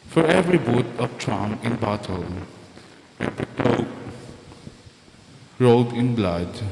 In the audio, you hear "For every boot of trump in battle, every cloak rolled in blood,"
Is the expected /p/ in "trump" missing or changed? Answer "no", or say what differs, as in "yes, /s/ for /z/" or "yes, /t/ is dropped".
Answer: yes, /p/ is dropped